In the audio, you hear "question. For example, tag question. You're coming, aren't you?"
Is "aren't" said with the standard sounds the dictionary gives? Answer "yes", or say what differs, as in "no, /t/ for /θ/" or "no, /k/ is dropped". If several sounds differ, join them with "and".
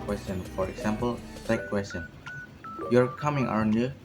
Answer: no, /ɹ/ is dropped